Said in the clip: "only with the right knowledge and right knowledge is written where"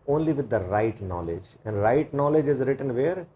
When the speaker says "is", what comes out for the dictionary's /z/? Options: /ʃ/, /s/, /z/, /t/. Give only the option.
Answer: /z/